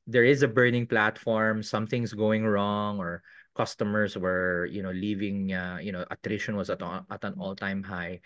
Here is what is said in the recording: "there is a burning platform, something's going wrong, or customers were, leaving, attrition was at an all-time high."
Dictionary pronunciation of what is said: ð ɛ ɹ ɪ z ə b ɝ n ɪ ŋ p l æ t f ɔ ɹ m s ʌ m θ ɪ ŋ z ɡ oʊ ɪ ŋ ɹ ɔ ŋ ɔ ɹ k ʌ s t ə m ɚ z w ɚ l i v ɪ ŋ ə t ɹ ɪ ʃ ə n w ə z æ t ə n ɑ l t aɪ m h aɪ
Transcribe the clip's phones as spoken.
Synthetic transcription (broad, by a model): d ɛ ɹ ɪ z ə b ɝ n ɪ ŋ p l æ t f ɔ ɹ m s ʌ m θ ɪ ŋ s ɡ oʊ ɪ ŋ ɹ ɔ ŋ ɔ ɹ k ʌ s t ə m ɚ s w ɚ l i v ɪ ŋ ə t ɹ ɪ ʃ ə n w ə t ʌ t ə n ɑ l t aɪ m h aɪ